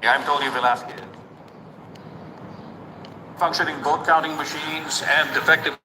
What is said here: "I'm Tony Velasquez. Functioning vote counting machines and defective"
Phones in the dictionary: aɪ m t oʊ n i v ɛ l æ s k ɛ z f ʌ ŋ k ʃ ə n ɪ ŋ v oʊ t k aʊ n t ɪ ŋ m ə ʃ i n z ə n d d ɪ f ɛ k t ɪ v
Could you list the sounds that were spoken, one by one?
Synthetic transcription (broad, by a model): aɪ m t oʊ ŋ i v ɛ l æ s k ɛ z f ʌ ŋ k ʃ ə n ɪ ŋ b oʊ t k aʊ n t ɪ ŋ m ə ʃ i n z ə n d d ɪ f ɛ k t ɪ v